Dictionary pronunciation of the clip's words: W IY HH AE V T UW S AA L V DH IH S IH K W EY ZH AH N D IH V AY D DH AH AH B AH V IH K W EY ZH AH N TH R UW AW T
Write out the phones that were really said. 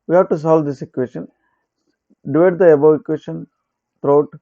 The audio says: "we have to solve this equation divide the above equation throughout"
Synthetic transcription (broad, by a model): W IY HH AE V T UW S AA L V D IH S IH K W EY SH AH N D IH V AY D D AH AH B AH IH K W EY SH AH N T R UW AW T